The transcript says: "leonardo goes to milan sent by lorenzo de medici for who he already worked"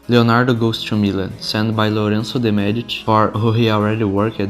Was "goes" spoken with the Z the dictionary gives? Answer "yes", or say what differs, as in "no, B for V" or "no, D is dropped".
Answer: no, S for Z